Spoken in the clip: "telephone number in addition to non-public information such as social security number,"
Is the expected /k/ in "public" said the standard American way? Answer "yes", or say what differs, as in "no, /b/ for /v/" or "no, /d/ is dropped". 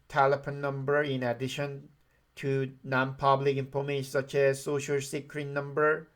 yes